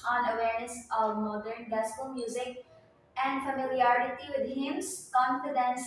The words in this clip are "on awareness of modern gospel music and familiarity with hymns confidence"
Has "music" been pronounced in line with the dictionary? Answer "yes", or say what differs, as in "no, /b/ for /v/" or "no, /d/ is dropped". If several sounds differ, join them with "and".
yes